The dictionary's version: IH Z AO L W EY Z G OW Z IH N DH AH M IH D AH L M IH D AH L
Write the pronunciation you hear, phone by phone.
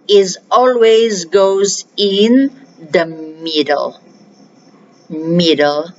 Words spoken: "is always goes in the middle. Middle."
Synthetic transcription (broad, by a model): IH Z AO L W EY Z G OW Z IH N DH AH M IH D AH L M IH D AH L